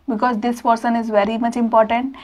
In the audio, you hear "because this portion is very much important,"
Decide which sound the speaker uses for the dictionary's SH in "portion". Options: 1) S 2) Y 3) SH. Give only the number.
1